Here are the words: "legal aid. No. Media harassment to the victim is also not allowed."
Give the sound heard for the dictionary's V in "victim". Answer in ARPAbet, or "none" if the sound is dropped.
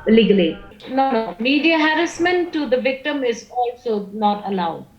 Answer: V